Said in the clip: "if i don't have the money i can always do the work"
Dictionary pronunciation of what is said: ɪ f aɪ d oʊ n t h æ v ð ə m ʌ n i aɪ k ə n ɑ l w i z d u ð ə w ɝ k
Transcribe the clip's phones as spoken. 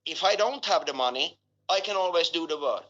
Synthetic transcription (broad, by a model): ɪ f aɪ d oʊ n t h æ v ð ə m ʌ n i aɪ k ə n ɑ l w i z d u ð ə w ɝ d